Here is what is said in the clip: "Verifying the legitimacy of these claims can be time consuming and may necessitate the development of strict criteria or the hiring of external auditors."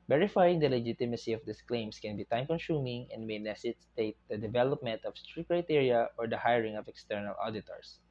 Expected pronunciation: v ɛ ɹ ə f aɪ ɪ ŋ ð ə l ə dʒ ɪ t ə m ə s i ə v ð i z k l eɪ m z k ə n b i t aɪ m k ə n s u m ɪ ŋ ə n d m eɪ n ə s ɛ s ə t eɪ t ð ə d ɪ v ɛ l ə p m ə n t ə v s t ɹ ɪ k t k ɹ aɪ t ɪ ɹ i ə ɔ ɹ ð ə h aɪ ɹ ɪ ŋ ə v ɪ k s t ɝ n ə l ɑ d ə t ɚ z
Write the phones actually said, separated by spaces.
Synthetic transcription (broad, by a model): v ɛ ɹ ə f aɪ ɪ ŋ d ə l ə dʒ ɪ t ə m ə s i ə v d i s k l eɪ m s k ə n b i t aɪ m k ə n s u m ɪ ŋ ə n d m eɪ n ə s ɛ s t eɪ t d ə d ɪ v ɛ l ə p m ə n t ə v s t ɹ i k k ɹ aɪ t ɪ ɹ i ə ɔ ɹ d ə h aɪ ɹ ɪ ŋ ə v ɪ k s t ɝ n ə l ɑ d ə t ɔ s